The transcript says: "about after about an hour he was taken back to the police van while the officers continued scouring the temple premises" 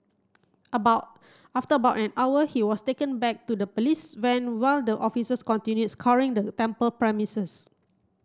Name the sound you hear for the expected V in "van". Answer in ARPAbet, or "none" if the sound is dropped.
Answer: W